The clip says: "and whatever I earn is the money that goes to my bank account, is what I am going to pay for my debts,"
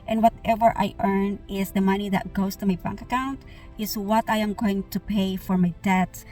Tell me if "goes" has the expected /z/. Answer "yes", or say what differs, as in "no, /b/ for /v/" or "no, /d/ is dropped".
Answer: no, /s/ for /z/